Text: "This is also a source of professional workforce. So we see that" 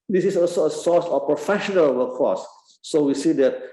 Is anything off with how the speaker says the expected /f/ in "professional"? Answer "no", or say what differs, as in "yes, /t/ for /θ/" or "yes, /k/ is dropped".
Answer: no